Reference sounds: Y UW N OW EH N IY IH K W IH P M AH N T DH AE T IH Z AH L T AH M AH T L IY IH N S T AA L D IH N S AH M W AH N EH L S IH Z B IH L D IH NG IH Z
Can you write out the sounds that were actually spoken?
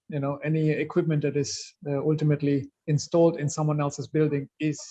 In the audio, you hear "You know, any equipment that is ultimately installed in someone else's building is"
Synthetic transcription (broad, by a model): Y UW N OW EH N IY IH K W IH P M AH N T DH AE T IH Z AH L T AH M AH T L IY IH N S T AA L D IH N S AH M W AH N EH L S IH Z B IH L D IH NG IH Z